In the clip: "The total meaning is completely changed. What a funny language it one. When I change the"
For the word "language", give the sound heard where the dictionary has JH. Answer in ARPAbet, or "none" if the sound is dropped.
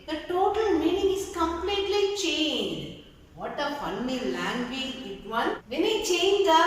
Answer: none